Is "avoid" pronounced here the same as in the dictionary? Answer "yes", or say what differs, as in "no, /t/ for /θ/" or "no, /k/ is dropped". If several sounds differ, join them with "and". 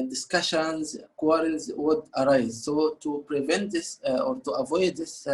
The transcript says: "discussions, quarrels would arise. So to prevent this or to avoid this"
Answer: yes